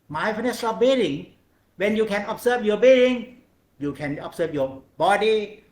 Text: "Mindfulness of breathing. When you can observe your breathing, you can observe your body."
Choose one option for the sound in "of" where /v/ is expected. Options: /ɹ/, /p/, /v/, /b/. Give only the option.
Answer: /p/